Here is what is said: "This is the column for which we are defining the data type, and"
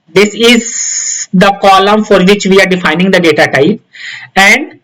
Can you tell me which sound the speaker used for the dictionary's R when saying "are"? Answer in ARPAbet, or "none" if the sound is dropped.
R